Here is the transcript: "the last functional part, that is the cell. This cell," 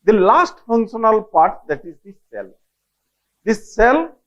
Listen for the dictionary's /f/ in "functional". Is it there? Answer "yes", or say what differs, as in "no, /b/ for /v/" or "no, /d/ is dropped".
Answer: yes